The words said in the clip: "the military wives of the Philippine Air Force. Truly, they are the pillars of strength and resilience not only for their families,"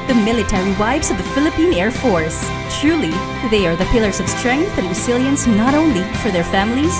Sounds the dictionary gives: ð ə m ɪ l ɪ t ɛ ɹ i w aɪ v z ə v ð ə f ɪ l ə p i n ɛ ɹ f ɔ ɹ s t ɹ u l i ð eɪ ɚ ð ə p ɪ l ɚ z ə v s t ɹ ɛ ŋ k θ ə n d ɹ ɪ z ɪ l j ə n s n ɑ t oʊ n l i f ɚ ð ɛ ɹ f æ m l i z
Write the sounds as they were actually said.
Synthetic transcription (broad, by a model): ð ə m ɪ l ɪ t ɛ ɹ i w aɪ v z ə v ð ə f ɪ l ə p i n ɛ ɹ f ɔ ɹ s t ɹ u l i ð eɪ ɚ ð ə p ɪ l ɚ z ə v s t ɹ ɛ ŋ k θ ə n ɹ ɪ s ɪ l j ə n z n ɑ t oʊ n l i f ɚ ð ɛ ɹ f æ m l i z